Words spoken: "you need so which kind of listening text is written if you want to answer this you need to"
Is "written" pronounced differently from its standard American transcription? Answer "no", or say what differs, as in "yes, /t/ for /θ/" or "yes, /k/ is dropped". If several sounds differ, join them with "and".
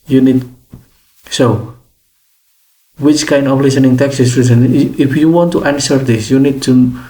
yes, /s/ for /t/